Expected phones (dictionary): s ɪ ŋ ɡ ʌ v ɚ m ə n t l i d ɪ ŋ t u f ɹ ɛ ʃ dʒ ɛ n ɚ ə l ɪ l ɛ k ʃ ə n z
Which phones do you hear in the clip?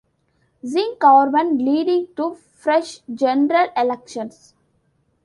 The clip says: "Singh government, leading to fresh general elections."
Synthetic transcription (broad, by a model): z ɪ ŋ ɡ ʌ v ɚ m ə n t l i d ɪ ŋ t u f ɹ ɛ ʃ dʒ ɛ n ɚ ə l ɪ l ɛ k ʃ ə n s